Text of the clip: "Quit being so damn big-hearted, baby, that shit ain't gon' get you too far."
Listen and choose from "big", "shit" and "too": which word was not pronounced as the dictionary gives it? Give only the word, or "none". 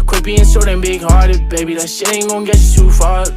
shit